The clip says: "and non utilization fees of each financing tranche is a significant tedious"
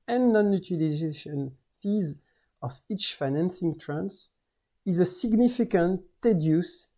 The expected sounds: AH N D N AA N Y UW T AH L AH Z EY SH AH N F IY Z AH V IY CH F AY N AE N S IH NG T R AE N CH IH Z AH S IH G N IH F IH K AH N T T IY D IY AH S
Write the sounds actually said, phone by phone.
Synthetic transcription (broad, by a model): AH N N AA N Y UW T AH L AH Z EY SH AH N F IY Z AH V IY CH F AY N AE N S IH NG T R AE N S IH Z AH S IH G N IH F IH K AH N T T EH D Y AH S